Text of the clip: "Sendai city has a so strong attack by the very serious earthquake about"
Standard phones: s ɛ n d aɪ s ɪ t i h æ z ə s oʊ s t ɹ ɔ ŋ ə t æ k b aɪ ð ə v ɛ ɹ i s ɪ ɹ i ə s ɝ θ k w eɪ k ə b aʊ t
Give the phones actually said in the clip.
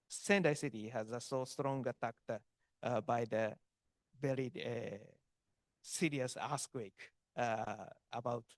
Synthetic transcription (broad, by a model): s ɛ n d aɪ s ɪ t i h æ z ə s oʊ s t ɹ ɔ ŋ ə t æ k b aɪ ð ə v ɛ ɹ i s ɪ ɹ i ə s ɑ s k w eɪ k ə b aʊ t